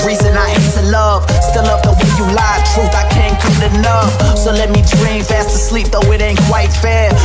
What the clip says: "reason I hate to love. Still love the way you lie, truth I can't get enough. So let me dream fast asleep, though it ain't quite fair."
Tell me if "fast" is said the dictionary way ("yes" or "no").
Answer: yes